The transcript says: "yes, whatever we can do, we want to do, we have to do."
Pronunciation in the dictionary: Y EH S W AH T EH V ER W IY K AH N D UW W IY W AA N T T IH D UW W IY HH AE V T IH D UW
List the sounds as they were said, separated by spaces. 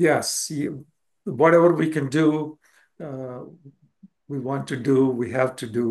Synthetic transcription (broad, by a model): Y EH S W AH T EH V ER W IY K AH N D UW W IY W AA N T T IH D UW W IY HH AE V T IH D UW